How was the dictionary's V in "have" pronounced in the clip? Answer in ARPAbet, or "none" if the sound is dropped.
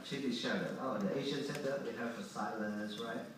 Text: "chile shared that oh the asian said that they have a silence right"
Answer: F